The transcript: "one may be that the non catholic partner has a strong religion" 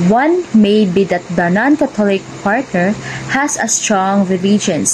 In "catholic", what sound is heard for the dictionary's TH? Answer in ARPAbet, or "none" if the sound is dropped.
T